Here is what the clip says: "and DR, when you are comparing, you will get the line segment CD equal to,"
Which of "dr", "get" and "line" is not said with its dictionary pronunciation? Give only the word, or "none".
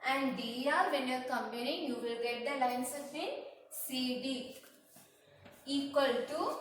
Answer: dr